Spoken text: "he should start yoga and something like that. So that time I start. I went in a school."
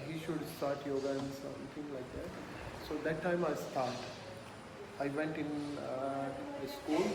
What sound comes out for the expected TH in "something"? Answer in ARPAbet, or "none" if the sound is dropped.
T